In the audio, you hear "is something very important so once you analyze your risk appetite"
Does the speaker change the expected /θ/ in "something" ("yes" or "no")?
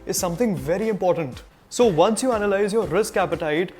yes